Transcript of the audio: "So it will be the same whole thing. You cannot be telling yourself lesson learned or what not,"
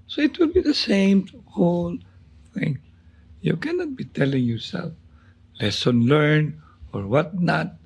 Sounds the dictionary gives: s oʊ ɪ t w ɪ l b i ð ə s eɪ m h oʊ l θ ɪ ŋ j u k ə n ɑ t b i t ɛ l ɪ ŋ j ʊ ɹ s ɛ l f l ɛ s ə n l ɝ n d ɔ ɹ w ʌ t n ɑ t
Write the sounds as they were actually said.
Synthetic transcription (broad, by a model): s oʊ ɪ t w ɪ l b i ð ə s eɪ m h oʊ l θ ɪ ŋ j u k ə n ɑ t b i t ɛ l ɪ ŋ j ʊ ɹ s ɛ l f l ɛ s ə n l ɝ n ɔ ɹ w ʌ t n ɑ t